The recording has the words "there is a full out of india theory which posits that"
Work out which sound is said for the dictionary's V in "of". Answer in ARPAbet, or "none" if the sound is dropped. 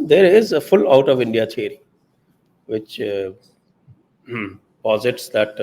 V